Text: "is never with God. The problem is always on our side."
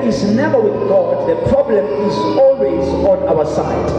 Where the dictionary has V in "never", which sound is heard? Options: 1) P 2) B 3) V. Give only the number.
3